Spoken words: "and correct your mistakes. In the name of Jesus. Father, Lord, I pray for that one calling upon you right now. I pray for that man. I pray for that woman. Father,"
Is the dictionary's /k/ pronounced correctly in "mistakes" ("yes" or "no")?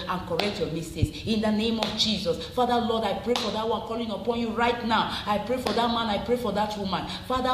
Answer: no